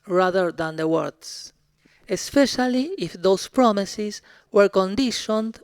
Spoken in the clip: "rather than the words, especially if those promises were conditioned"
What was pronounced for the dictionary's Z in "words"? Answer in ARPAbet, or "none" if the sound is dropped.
S